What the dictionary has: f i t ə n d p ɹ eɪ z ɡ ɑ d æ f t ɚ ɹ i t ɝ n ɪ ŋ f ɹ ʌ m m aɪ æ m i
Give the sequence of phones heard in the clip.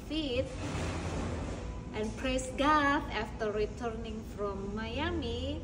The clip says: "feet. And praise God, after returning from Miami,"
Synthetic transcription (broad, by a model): f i t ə n p ɹ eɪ s ɡ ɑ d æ f t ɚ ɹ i t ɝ n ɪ ŋ f ɹ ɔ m m aɪ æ m i